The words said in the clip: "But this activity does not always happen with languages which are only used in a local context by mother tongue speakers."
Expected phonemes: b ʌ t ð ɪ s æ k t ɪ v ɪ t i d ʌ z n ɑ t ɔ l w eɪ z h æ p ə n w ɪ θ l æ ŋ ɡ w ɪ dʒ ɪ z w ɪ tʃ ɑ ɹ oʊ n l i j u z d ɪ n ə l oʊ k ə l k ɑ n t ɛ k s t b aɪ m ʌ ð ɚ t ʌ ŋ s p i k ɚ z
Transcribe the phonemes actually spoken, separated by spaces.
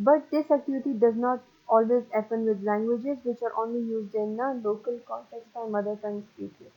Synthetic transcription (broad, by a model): b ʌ t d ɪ s æ k t ɪ v ɪ t i d ʌ z n ɑ t ɔ l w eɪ z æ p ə n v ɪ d l æ ŋ ɡ w ɪ dʒ ɪ z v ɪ tʃ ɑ ɹ oʊ n l i j u z d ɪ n ə l oʊ k ə l k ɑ n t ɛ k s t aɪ m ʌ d ɚ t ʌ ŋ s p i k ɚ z